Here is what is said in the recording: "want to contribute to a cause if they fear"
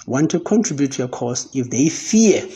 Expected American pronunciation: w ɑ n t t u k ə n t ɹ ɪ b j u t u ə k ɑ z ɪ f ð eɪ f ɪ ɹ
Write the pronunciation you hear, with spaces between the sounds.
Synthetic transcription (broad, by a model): w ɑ n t t u k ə n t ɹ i b j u t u ə k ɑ s ɪ f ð eɪ f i